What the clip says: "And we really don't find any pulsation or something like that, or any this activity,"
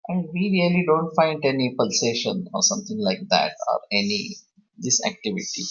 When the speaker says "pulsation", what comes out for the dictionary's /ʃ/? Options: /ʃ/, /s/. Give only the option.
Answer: /ʃ/